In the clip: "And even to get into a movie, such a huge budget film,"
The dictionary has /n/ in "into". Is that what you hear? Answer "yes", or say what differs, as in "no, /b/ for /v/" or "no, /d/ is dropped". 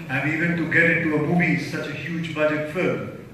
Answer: no, /n/ is dropped